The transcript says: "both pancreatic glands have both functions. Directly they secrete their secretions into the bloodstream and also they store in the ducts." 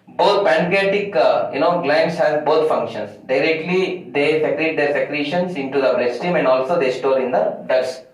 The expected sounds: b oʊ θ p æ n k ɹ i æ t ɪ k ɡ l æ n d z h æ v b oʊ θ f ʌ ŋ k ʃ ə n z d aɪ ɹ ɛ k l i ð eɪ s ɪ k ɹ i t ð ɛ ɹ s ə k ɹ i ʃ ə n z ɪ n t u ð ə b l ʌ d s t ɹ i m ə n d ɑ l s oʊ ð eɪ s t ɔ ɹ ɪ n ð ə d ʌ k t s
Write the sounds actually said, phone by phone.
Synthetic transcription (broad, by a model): b oʊ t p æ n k i t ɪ k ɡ l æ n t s h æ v b oʊ t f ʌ ŋ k ʃ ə n s d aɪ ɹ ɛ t l i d eɪ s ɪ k ɹ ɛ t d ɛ ɹ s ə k ɹ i ʃ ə n s ɪ n t u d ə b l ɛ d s t i m ə n d ɑ l s oʊ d eɪ s t ɔ ɹ ɪ n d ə d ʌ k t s